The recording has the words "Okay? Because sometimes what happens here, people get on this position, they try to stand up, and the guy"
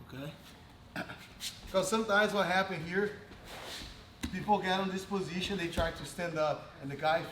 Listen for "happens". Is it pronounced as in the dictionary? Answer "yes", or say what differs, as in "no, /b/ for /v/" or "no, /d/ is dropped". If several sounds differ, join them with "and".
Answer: no, /z/ is dropped